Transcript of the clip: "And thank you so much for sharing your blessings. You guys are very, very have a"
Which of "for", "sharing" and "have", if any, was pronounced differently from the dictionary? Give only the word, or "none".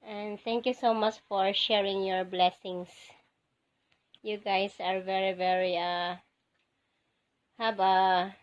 have